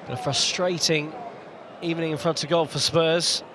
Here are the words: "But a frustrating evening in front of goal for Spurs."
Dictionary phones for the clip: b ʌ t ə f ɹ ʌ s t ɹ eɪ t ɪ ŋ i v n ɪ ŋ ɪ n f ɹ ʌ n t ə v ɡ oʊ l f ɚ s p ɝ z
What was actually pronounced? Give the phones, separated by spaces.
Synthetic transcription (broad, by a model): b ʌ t ə f ɹ ʌ s t ɹ eɪ t ɪ ŋ i v n ɪ ŋ ɪ n f ɹ ʌ n t ə v ɡ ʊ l f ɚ s p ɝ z